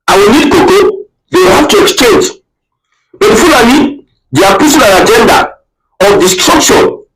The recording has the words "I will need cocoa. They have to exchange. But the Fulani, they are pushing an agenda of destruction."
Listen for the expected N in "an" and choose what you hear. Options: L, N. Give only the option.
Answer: L